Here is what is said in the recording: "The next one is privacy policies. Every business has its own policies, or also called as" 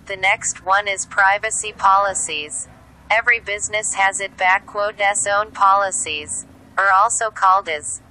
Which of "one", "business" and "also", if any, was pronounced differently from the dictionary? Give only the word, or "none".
none